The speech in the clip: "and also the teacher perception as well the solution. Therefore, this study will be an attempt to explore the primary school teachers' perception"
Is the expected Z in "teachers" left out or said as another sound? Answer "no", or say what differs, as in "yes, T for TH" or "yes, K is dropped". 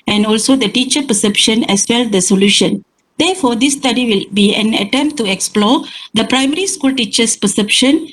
yes, S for Z